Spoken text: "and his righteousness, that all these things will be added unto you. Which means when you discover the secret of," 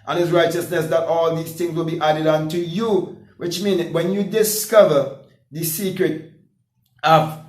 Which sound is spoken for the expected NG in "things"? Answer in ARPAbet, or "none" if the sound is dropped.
NG